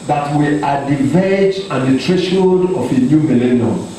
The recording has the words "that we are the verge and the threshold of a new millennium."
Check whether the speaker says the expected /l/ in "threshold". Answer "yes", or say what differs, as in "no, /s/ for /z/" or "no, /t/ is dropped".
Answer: no, /l/ is dropped